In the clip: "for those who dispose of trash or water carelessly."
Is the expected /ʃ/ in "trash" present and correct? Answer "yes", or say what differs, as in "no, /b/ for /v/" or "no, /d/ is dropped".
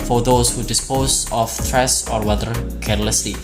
no, /s/ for /ʃ/